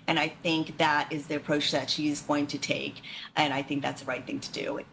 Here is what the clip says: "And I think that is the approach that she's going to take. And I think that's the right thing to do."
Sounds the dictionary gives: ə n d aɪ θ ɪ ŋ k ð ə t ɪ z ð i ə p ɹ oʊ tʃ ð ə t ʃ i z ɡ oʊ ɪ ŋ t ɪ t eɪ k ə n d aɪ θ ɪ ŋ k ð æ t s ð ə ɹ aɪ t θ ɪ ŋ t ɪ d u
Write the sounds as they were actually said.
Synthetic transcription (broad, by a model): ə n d aɪ θ ɪ ŋ k ð ə t ɪ z ð i ə p ɹ oʊ tʃ ð ə t ʃ i z ɡ oʊ ɪ ŋ t ɪ t eɪ k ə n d aɪ θ ɪ ŋ k ð æ t s ð ə ɹ aɪ t θ ɪ ŋ t ɪ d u